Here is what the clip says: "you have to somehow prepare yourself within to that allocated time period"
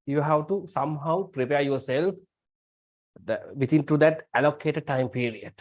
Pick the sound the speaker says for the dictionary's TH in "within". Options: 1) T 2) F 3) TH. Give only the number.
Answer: 1